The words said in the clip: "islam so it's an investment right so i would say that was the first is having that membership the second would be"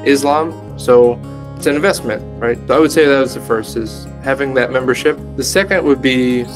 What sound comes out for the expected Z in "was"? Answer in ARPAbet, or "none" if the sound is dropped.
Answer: Z